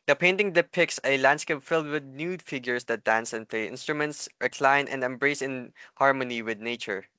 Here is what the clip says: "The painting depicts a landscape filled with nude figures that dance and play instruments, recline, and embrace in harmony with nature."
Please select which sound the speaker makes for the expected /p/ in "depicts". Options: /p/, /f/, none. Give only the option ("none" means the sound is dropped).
/p/